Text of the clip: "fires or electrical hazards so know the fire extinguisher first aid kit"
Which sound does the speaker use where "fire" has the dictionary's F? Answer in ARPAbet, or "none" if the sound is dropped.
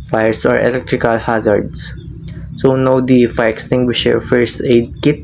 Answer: F